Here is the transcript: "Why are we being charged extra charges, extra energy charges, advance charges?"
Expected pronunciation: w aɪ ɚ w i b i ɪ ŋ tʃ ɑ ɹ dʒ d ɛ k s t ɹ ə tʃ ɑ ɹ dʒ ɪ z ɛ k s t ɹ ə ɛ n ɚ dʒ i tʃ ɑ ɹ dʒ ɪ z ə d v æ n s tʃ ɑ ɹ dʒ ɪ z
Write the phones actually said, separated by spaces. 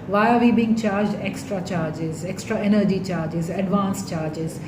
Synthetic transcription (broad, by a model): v aɪ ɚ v i b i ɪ ŋ tʃ ɑ ɹ dʒ d ɛ k s t ɹ ə tʃ ɑ ɹ dʒ ɪ z ɛ k s t ɹ ə ɛ n ɚ dʒ i tʃ ɑ ɹ dʒ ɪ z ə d v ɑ n s tʃ ɑ ɹ dʒ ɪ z